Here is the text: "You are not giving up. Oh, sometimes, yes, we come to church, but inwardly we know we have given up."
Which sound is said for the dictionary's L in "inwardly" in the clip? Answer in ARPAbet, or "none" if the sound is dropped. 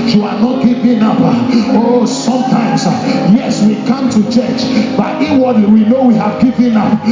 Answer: none